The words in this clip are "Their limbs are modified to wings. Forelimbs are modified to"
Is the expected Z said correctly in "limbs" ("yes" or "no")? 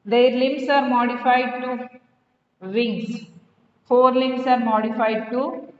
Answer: no